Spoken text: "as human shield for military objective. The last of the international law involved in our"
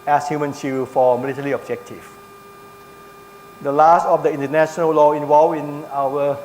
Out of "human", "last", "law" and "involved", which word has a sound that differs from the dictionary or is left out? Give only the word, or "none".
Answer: involved